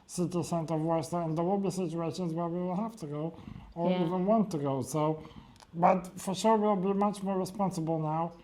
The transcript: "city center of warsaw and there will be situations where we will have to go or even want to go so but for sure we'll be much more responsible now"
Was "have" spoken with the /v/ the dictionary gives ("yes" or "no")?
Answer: no